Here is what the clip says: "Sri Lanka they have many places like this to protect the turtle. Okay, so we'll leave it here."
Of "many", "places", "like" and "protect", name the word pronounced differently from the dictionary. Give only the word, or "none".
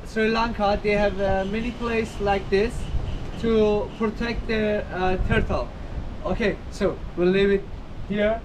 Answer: places